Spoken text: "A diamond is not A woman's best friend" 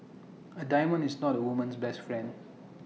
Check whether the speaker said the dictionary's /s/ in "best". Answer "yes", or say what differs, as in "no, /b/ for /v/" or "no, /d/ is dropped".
yes